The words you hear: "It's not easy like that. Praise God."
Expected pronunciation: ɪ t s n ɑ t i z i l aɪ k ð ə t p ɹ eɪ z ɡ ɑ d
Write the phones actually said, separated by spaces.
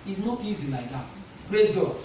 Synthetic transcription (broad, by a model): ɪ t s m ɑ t i z i l aɪ k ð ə t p ɹ eɪ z ɡ ɑ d